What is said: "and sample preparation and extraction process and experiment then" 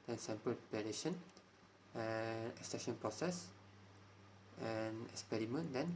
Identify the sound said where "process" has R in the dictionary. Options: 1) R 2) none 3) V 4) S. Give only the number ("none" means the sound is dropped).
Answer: 1